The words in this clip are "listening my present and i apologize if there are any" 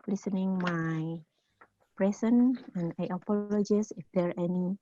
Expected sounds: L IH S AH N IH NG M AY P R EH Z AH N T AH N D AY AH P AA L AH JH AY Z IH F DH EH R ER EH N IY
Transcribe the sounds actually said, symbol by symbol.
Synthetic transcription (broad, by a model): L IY S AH N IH NG M AY P R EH S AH N AH N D AY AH P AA L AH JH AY S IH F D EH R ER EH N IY